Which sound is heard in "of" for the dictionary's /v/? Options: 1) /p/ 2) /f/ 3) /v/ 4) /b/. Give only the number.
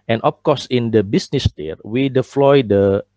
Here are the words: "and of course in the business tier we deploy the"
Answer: 1